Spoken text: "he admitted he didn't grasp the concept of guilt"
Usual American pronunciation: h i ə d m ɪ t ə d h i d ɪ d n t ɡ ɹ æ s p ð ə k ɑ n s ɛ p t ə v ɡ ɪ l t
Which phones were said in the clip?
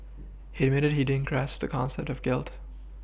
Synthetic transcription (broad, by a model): h i ə d m ɪ t ə d h i d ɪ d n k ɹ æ s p ð ə k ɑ n s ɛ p t ə v ɡ ɪ l t